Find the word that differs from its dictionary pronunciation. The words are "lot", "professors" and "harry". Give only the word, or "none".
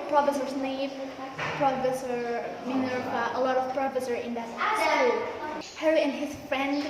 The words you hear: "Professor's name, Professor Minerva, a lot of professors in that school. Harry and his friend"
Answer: professors